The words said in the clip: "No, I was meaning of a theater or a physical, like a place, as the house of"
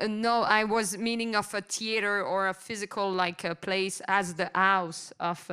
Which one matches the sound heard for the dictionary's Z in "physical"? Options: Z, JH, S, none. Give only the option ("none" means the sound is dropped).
Z